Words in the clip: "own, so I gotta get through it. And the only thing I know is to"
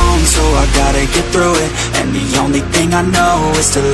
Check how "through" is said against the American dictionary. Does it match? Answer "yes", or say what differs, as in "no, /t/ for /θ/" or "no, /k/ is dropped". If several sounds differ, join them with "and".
yes